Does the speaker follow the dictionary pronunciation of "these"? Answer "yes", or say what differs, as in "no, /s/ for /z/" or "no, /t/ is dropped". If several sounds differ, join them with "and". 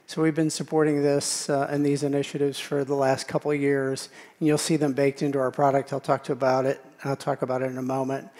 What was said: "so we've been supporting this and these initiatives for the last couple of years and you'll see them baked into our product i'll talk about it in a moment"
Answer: yes